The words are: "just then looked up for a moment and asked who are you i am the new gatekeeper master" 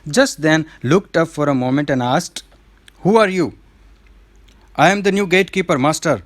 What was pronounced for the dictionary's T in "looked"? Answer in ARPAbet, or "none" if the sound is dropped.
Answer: T